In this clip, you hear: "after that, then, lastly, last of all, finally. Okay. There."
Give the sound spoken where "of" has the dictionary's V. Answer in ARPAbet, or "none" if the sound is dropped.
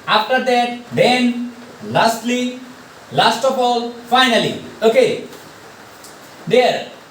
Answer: P